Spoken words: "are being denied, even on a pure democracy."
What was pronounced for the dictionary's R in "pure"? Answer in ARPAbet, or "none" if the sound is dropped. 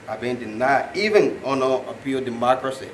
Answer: L